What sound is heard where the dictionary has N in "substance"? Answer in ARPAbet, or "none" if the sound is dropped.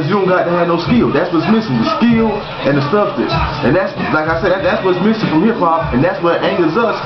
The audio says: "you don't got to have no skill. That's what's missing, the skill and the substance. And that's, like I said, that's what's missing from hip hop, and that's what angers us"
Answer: none